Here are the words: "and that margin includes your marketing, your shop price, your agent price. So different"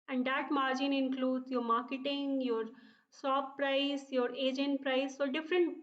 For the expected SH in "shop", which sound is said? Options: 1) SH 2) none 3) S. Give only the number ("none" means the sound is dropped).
3